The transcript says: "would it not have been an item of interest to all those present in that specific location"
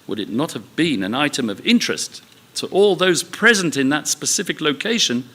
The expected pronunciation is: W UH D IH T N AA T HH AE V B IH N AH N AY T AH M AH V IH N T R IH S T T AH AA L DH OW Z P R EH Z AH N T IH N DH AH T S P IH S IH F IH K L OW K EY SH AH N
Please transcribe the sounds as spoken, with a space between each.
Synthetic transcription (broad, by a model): W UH D IH T N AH T HH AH V B IH N AH N AY T AH M AH V IH N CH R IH S T T AA L DH OW Z P R EH Z AH N T IH N DH AH T S P IH S IH F IH K L OW K EY SH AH N